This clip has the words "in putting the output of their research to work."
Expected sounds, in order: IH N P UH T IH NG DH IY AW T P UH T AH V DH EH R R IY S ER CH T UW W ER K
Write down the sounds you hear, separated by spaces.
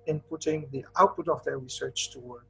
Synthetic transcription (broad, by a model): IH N P UH T IH NG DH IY AW T P UH T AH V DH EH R R IY S ER CH T UW W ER